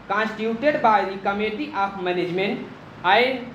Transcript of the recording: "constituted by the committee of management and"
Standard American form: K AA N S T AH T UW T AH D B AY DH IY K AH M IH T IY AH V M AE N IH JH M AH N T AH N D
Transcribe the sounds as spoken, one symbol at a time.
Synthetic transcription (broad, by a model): K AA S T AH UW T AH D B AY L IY K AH M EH T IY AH P M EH N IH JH M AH N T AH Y